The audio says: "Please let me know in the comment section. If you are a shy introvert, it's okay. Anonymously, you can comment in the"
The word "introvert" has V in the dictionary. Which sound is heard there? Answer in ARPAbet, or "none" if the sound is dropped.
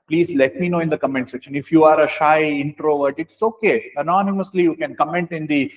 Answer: V